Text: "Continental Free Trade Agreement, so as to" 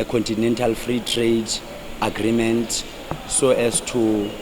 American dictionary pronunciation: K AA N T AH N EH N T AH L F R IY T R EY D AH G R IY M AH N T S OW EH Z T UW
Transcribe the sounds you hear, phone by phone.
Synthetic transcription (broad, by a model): K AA N T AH N EH N T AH L F R IY T R EY D AH G R IY M AH N T S OW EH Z T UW